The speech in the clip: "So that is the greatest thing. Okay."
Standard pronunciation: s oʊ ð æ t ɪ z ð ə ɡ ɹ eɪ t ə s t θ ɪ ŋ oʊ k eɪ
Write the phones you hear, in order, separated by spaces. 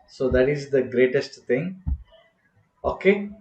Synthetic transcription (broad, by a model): s oʊ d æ t ɪ z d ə ɡ ɹ eɪ t ə s t t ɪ ŋ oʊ k eɪ